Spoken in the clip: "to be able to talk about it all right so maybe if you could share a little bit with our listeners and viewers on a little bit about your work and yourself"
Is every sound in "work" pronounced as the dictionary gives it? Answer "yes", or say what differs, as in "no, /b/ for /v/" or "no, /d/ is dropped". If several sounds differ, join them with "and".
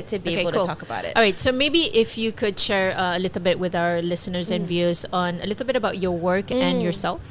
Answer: yes